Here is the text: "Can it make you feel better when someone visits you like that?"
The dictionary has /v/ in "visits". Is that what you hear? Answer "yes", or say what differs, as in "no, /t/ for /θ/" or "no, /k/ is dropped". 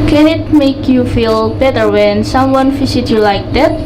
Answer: no, /f/ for /v/